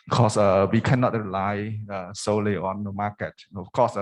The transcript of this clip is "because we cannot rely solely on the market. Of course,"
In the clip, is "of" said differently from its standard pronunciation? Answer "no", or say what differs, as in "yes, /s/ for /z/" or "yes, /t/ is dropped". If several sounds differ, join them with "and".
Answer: yes, /f/ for /v/